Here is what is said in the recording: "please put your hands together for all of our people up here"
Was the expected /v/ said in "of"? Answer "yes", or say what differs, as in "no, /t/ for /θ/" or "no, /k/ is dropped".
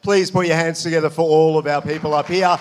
yes